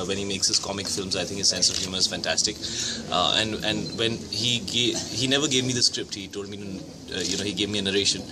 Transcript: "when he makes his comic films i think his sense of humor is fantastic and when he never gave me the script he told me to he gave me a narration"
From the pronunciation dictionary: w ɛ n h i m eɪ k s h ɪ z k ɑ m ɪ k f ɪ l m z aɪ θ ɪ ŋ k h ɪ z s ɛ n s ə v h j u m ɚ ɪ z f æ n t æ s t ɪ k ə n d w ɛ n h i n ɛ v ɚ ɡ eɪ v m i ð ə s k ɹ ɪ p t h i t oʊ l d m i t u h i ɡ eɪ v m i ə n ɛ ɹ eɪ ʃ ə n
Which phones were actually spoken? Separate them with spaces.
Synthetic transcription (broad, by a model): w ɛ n h i m eɪ k s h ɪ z k ɑ m ɪ k f ɪ l m z aɪ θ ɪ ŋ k h ɪ z s ɛ n s ə v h j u m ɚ ɪ z f æ n t æ s t ɪ k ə n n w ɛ n h i n ɛ v ɚ ɡ eɪ v m i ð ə s k ɹ ɪ p t h i t oʊ l d m i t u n i ɡ eɪ v m i ə n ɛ ɹ eɪ ʃ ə n